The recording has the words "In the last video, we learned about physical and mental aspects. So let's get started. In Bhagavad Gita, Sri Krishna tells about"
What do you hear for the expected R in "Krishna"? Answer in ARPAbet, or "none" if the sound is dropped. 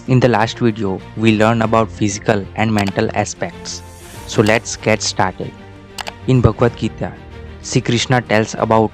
R